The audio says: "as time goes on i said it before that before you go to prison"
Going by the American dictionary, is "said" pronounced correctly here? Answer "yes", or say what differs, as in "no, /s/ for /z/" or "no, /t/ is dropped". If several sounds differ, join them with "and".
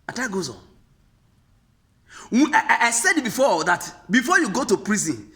yes